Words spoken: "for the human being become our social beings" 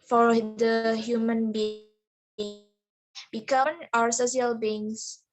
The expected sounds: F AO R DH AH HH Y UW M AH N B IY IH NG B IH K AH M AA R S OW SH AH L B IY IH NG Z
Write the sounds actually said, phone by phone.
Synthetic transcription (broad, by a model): F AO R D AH HH Y UW M AH N B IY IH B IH K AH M AA R S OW S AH L B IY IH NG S